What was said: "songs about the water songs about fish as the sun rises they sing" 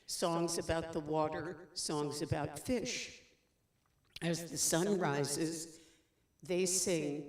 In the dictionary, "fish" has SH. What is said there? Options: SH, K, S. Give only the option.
SH